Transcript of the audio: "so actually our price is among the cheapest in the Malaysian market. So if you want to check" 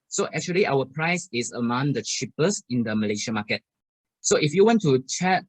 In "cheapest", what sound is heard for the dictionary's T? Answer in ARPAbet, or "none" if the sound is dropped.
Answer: none